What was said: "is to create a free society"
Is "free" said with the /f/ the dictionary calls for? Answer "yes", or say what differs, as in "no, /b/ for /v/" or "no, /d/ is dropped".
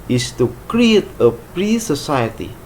no, /p/ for /f/